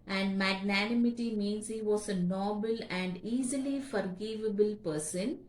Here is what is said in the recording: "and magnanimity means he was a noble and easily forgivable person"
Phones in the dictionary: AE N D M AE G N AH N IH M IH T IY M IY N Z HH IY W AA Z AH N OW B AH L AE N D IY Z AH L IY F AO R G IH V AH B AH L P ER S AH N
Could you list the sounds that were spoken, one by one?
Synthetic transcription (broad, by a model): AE N D M AE G N AH N IH M IH T IY M IY N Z HH IY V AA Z AH N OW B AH L AE N D IY Z AH L IY F AO R G IH V AH B AH L P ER S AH N